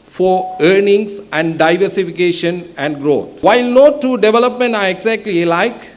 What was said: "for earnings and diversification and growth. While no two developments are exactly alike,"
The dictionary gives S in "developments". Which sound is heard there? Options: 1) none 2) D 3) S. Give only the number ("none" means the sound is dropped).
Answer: 1